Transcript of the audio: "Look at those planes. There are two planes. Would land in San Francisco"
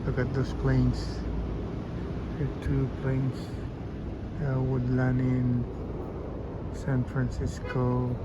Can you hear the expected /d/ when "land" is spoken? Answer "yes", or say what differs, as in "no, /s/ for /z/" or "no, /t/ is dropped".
no, /d/ is dropped